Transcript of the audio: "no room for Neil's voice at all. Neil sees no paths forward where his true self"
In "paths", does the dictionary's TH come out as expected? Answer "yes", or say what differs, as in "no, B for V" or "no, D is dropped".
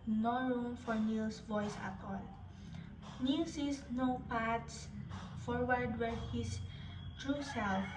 no, T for TH